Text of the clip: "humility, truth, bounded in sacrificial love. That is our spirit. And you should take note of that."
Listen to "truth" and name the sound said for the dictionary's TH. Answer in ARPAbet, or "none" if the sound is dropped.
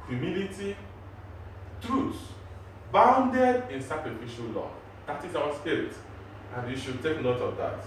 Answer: S